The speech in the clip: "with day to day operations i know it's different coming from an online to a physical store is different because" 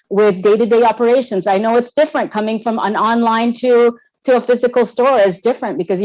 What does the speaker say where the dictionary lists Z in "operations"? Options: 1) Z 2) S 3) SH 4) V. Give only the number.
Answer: 1